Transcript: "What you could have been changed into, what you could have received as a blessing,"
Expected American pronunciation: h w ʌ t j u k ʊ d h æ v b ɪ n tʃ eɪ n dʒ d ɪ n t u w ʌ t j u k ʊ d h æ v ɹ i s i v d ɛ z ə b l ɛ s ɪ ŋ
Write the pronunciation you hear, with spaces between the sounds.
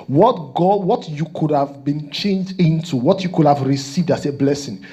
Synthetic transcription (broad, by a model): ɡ w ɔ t j u k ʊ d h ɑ v b ɪ n tʃ eɪ n dʒ d ɪ n t u w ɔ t j u k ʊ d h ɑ v ɹ i s i v d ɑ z ə b l ɛ s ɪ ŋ